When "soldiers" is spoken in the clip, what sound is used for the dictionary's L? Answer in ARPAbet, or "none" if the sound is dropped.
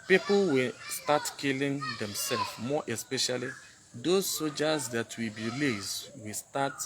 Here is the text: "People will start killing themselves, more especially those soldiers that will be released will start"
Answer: none